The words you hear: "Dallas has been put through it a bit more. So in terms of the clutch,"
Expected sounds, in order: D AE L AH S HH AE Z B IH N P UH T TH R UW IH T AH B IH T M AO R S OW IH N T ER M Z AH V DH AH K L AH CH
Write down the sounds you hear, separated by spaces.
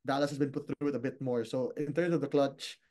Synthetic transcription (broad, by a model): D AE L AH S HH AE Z B IH N P UH T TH R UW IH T AH B IH T M AO R S OW IH N T ER M S AH V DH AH K L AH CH